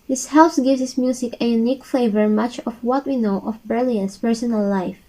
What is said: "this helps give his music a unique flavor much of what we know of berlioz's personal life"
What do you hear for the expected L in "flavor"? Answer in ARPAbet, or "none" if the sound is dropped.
none